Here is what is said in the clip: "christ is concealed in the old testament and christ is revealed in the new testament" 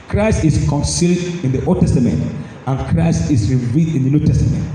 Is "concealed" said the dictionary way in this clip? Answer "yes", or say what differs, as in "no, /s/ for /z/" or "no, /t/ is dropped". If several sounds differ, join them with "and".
yes